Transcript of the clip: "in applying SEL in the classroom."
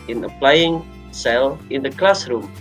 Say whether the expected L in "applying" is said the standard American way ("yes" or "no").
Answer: yes